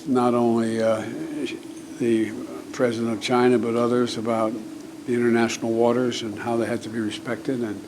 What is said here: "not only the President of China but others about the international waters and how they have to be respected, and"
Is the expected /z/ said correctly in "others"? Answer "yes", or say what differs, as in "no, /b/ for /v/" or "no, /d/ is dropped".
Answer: yes